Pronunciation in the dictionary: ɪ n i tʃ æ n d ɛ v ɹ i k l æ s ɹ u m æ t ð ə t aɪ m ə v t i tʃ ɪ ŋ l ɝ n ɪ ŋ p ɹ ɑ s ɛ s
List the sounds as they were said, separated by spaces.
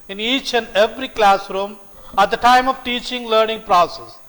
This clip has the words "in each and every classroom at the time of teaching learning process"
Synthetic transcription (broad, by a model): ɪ n i tʃ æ n d ɛ v ɹ i k l æ s ɹ u m æ t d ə t aɪ m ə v t i tʃ ɪ ŋ l ɝ n ɪ ŋ p ɹ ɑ s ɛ s